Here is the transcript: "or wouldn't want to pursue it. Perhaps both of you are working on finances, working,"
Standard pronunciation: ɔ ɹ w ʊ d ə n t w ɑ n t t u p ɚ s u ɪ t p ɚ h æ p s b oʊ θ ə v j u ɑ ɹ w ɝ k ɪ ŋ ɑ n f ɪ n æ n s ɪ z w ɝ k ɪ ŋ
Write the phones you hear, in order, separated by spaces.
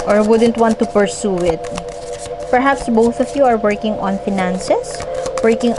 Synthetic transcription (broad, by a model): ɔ ɹ w ʊ d ə n t w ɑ n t t u p ɚ s u ɪ t p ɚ h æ p s b oʊ θ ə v j u ɑ ɹ w ɝ k ɪ ŋ ɑ n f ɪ n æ n s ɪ s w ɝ k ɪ ŋ